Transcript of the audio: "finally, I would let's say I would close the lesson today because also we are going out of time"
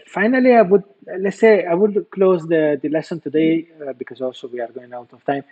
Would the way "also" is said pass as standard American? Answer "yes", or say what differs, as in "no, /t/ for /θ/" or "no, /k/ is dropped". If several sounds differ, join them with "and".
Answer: no, /l/ is dropped